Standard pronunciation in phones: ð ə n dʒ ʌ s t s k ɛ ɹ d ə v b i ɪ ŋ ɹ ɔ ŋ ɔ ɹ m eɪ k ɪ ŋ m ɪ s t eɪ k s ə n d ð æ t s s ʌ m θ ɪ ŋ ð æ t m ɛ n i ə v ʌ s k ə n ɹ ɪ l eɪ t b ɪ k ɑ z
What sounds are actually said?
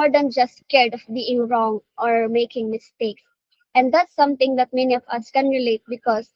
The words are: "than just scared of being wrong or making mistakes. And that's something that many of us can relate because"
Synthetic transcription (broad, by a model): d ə n dʒ ʌ s t k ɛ ɹ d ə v b i ɪ ŋ ɹ ɔ ŋ ɔ ɹ m eɪ k ɪ ŋ m ɪ s t eɪ k s ə n d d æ t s s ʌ m t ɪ ŋ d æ t m ɛ n i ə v ʌ s k ə n ɹ ɪ l eɪ t b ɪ k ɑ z